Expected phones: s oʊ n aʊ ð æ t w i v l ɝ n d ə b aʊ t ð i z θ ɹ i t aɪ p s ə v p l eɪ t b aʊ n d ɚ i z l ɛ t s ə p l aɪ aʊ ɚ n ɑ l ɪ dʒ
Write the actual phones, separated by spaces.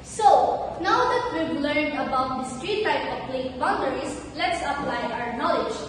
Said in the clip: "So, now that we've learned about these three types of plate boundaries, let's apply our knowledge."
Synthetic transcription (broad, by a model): s oʊ n aʊ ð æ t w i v l ɝ n d ə b aʊ t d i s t ɹ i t aɪ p ə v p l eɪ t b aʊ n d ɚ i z l ɛ t s ə p l aɪ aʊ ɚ n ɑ l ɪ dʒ